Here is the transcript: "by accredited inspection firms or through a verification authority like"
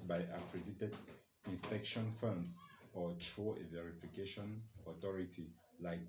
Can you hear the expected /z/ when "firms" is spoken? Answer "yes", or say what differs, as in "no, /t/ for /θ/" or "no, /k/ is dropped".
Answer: no, /s/ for /z/